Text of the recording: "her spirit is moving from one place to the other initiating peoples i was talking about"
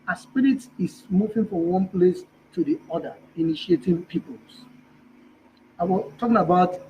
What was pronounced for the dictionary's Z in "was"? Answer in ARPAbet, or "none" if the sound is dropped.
S